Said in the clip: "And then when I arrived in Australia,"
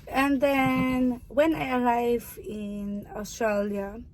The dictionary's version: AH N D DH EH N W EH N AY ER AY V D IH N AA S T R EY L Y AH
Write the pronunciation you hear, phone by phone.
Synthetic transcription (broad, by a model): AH N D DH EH N W EH N AY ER AY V IH N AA S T R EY L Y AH